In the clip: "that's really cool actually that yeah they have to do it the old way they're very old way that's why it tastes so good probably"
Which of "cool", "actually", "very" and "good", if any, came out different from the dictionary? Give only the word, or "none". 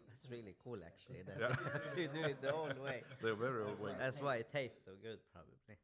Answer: actually